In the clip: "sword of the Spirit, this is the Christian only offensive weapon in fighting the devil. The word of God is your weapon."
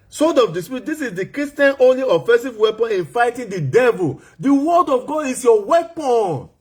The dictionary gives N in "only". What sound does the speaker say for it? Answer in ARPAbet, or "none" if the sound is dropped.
N